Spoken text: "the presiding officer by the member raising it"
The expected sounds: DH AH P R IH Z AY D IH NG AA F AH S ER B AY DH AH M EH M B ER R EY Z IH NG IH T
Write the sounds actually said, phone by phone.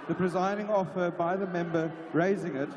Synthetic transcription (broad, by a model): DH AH P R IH Z AY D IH NG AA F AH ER B AY DH AH M EH M B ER R EY Z IH NG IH T